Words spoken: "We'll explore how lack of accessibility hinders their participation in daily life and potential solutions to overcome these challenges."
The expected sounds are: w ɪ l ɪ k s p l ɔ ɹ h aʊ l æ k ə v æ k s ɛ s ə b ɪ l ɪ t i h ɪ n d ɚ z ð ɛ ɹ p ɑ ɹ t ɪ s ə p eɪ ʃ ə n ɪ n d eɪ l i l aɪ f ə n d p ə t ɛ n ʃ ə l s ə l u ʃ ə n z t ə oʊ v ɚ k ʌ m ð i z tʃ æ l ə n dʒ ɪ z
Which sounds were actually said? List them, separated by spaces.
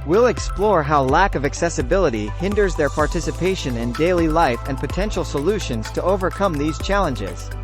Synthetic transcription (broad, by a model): w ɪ l ɪ k s p l ɔ ɹ h aʊ l æ k ə v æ k s ɛ s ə b ɪ l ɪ t i h ɪ n d ɚ z ð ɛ ɹ p ɑ ɹ t ɪ s ə p eɪ ʃ ə n ɪ n d eɪ l i l aɪ f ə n p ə t ɛ n ʃ l s ə l u ʃ ə n z t ə oʊ v ɚ k ʌ m ð i z tʃ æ l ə n dʒ ɪ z